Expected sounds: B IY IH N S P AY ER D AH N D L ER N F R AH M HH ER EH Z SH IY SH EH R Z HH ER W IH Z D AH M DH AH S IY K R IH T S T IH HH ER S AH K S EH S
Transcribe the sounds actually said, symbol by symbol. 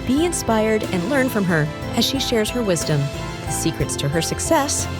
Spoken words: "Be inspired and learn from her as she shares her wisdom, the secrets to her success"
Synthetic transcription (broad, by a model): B IY IH N S P AY ER D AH N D L ER N F R AH M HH ER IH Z SH IY SH EH R Z HH ER W IH Z D AH M DH AH S IY K R IH T S T IH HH ER S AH K S EH S